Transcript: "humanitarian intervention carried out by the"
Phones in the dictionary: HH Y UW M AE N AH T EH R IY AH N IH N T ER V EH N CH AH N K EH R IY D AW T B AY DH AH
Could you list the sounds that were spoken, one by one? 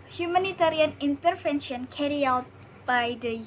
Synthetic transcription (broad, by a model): HH Y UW M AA N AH T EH R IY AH N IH N T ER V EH N SH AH N K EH R IY AW T B AY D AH